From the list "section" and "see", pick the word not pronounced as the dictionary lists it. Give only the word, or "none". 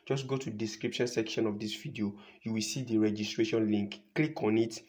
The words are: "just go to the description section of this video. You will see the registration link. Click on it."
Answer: none